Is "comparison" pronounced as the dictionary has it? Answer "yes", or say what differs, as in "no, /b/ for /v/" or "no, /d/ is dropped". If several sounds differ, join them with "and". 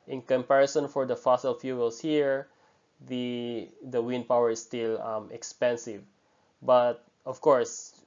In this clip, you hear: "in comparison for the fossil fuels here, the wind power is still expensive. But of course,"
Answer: yes